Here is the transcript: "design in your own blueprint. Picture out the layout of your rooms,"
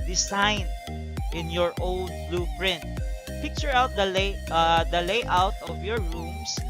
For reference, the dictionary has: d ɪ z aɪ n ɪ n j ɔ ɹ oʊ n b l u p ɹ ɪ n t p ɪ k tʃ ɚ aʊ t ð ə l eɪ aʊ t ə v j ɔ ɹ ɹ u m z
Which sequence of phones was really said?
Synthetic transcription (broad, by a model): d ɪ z aɪ n ɪ n j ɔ ɹ oʊ n b l u p ɹ ɪ n t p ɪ k tʃ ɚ aʊ t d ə l eɪ aʊ t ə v j ɔ ɹ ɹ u m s